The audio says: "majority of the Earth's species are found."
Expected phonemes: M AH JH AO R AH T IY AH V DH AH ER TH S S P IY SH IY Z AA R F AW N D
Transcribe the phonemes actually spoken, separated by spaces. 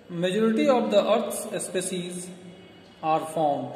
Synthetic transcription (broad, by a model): M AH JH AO R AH T IY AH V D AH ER T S S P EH S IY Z AA R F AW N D